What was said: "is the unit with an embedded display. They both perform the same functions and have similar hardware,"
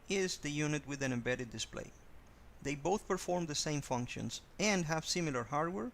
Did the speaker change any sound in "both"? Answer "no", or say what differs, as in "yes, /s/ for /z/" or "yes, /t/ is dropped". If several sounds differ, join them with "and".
no